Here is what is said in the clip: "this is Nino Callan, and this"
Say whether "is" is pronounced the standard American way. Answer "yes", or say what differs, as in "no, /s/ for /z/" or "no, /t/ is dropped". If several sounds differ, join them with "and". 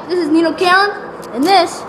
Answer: yes